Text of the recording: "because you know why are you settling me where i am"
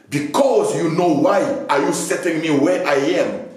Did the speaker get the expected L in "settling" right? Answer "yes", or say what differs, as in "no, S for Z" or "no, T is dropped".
no, L is dropped